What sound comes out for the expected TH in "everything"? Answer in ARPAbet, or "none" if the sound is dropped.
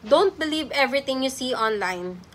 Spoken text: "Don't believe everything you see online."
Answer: T